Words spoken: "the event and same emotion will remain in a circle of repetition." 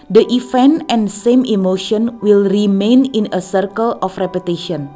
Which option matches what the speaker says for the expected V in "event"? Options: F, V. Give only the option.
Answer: F